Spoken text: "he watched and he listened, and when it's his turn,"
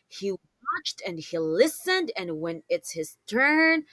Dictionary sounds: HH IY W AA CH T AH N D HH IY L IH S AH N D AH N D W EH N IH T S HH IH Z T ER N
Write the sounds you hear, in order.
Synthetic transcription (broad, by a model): HH IY W AA CH T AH N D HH IY L IH S AH N D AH N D W EH N IH T S HH IH Z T ER N